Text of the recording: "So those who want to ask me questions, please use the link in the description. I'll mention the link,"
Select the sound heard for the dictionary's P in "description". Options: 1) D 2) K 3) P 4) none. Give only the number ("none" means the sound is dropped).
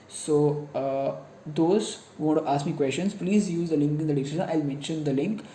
4